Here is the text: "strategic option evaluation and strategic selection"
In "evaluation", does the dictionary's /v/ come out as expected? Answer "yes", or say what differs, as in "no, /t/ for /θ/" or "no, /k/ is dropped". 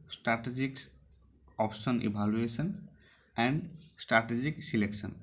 no, /b/ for /v/